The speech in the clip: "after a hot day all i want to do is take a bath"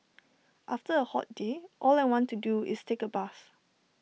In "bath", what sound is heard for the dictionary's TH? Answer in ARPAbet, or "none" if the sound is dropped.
S